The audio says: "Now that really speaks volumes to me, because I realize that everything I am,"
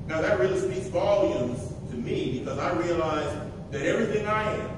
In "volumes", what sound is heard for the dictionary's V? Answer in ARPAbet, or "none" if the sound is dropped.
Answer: V